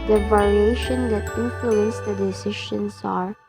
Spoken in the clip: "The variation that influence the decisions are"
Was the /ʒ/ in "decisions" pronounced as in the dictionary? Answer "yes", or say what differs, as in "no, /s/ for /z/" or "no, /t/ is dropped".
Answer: no, /ʃ/ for /ʒ/